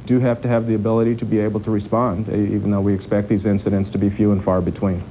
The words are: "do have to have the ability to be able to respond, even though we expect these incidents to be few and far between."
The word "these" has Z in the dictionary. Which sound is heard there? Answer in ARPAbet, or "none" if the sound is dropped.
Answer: Z